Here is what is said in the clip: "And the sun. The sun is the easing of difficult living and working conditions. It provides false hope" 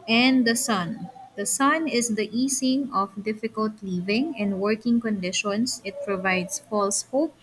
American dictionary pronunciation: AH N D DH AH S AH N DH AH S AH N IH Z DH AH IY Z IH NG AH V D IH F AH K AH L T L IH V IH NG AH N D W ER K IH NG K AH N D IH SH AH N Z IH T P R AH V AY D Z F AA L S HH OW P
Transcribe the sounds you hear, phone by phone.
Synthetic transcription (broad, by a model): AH N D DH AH S AH N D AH S AH N IH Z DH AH IY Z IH NG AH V D IH F AH K AH L T L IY V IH NG AH N D W ER K IH NG K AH N D IH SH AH N S IH T P R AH V AY D S F AA L S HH OW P